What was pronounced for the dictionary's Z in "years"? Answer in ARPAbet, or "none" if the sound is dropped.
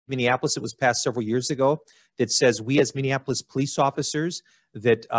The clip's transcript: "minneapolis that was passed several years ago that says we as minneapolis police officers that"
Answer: Z